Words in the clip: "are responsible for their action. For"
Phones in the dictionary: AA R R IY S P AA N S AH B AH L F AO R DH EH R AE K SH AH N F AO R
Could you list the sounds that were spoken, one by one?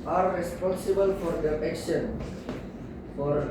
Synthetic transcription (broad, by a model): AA R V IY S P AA S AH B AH L F AO R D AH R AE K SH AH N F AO R